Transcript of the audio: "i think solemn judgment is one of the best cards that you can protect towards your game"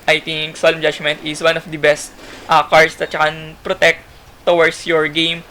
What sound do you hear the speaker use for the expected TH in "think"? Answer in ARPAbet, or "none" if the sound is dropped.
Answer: T